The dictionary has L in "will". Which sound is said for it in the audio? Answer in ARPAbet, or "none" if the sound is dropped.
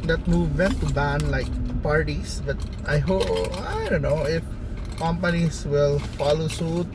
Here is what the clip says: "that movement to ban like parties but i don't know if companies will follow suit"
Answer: L